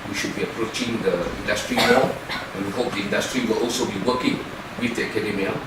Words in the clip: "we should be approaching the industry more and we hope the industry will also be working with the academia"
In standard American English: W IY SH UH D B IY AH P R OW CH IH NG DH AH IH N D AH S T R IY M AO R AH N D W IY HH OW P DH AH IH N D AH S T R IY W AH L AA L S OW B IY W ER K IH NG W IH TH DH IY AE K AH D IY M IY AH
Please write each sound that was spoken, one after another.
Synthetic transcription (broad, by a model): W IY SH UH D B IY AH P R OW CH IH NG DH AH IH N D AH S T R IY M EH L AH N W IY HH OW P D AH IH N D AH S T R IY W AH L AA L S OW B IY W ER K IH NG W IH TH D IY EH K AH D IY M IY